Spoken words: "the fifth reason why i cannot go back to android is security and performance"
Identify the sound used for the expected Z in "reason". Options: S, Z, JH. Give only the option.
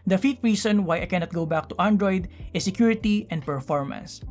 S